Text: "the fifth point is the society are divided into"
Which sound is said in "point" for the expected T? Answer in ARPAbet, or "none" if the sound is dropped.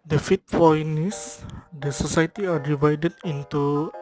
none